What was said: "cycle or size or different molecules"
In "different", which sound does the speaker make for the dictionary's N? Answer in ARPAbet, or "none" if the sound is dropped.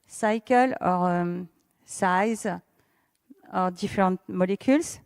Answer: none